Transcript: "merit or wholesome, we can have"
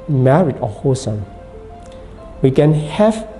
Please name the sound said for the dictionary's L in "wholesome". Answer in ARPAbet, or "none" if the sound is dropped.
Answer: none